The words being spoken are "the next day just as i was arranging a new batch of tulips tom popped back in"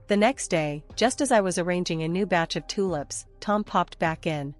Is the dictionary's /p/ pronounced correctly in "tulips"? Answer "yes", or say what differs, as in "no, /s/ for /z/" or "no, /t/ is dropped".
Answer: yes